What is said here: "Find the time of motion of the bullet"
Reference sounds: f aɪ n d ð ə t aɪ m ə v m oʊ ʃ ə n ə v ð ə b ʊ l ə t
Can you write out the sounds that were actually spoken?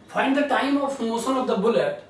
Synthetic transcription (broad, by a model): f aɪ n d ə t aɪ m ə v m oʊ s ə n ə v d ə b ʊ l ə t